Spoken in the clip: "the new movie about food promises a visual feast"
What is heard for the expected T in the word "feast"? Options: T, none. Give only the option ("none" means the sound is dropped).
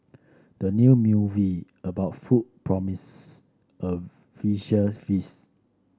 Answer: none